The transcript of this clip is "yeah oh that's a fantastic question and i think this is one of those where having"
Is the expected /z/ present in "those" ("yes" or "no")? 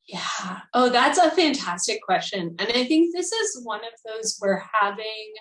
yes